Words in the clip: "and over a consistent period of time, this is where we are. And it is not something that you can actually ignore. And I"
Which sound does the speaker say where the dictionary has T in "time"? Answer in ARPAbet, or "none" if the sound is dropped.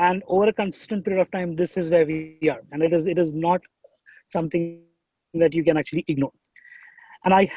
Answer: T